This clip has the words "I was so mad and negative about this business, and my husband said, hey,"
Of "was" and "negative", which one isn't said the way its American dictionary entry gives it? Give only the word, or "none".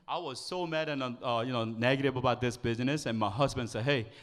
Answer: negative